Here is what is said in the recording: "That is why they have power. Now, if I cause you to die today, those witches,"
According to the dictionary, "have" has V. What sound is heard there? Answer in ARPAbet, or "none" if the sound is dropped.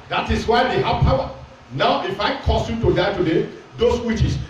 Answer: P